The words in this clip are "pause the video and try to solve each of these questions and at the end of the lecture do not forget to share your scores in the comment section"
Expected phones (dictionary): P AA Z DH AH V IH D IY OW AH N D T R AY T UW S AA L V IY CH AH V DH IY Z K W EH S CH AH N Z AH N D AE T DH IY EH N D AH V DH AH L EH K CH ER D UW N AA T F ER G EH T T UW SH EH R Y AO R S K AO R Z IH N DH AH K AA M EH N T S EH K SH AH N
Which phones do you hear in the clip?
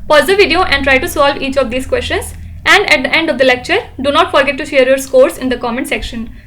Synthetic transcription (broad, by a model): P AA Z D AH V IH D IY OW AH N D T R AY T UW S AA L V IY CH AH V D IY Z K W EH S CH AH N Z AH N D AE T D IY EH N D AH V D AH L EH K CH ER D UW N AA T F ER G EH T T UW SH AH R Y AO R S K AO R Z IH N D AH K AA M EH N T S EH K SH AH N